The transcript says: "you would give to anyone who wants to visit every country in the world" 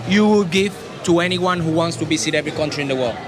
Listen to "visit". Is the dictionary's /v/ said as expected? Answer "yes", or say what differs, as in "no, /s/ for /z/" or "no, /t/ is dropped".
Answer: no, /b/ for /v/